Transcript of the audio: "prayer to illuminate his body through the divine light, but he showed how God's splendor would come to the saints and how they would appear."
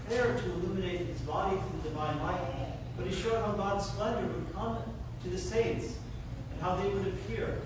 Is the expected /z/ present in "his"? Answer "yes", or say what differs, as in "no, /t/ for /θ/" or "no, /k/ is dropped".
yes